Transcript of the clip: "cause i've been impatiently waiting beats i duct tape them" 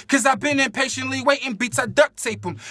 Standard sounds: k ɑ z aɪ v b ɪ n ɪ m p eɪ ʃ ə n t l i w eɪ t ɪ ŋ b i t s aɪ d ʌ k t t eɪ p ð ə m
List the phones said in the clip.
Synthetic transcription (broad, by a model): k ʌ z aɪ v b ɪ n ɪ m p eɪ ʃ ə n t l i w eɪ t ɪ ŋ b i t aɪ d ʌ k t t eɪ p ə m